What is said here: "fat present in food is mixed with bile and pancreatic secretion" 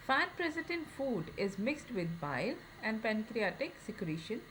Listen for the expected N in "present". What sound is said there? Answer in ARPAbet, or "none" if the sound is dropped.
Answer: none